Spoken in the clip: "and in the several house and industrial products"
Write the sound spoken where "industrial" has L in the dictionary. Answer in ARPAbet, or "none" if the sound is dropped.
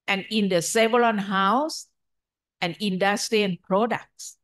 N